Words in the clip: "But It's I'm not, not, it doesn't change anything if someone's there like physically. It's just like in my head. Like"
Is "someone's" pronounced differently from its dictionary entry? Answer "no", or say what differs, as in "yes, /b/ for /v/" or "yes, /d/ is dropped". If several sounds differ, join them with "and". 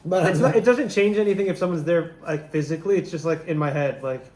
no